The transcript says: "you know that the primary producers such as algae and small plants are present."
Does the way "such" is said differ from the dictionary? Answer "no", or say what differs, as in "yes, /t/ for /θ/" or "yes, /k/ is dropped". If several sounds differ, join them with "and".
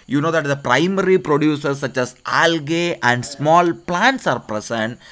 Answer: no